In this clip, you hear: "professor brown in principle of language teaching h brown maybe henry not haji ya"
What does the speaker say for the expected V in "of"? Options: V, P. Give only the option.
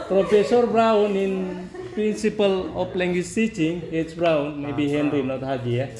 P